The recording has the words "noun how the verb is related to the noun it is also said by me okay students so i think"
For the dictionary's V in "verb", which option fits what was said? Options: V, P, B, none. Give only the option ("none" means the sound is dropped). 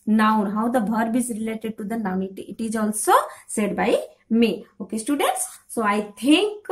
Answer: B